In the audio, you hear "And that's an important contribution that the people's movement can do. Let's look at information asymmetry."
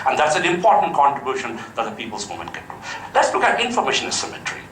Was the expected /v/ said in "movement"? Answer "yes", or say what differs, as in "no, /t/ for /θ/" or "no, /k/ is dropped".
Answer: no, /v/ is dropped